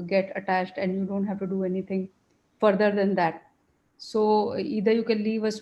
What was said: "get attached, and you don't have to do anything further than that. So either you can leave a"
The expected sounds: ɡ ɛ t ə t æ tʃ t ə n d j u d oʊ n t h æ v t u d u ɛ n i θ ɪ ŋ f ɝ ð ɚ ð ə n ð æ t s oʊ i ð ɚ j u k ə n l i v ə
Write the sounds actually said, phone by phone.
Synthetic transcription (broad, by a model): ɡ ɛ t ə t æ tʃ t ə n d j u d oʊ n t h æ v t u d u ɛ n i t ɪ ŋ f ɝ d ɚ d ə n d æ t s oʊ i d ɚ j u k ə n l i v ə